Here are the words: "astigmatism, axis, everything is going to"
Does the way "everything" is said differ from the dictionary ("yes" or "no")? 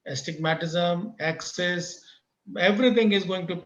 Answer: yes